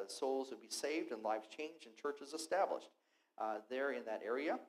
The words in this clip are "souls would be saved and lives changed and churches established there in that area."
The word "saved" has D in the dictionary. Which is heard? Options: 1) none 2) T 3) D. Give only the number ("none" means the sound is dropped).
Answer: 3